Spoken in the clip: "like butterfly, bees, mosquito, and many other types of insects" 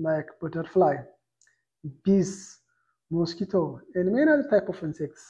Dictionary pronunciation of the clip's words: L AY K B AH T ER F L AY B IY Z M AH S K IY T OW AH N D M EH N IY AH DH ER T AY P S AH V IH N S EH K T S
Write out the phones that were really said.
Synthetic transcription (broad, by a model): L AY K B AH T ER F L AY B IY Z M AH S K IY T OW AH N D M EH N IY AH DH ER T AY P AH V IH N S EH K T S